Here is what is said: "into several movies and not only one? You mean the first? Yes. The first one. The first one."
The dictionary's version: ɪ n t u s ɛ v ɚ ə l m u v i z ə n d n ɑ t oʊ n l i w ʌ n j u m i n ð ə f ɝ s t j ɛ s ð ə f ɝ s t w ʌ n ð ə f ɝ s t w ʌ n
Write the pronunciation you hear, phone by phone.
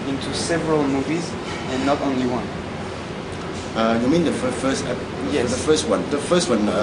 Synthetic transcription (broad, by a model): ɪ n t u s ɛ v ɚ ə l m u v i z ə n n ɑ t oʊ n l i w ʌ n j u m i n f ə f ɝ s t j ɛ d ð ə f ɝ s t w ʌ n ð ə f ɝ s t w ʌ n